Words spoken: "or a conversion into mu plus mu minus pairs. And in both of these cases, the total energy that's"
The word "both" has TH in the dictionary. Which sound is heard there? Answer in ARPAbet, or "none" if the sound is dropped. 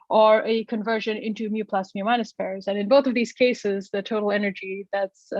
TH